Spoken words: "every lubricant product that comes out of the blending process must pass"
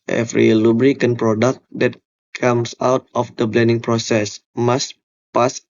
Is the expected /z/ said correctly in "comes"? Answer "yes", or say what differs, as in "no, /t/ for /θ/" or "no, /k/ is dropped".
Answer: no, /s/ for /z/